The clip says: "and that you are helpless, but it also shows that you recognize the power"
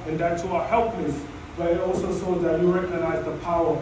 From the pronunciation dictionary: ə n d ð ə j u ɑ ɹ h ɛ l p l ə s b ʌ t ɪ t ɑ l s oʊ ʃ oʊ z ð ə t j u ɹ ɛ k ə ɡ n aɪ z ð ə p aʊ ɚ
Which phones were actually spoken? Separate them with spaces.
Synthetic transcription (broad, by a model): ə n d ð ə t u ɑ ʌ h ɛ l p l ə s b ʌ t ɪ t ɑ l s oʊ s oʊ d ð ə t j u ɹ ɛ k ə ɡ n aɪ z ð ə p aʊ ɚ